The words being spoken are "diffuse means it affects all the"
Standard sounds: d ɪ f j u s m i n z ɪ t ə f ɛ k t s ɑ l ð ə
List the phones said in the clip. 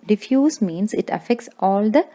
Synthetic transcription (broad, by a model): d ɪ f j u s m i n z ɪ t ə f ɛ k t s ɑ l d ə